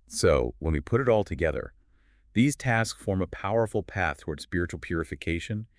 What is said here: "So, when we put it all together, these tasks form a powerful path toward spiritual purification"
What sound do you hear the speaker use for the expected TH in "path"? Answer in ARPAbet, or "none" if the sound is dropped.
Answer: TH